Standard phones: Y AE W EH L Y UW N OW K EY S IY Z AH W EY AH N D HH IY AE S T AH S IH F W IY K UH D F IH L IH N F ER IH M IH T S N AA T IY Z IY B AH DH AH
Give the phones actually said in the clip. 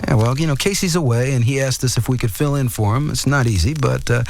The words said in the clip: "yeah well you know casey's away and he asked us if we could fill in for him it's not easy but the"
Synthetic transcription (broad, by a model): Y W EH L Y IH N OW K EY S IY Z AH W EY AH N IY AE S T AH S IH F W IY K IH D F IH L IH N F ER IH M IH T S N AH T IY Z IY B AH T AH